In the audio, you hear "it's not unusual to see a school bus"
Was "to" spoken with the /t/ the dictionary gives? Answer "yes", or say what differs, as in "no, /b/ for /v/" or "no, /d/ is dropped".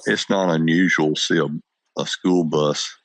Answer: no, /s/ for /t/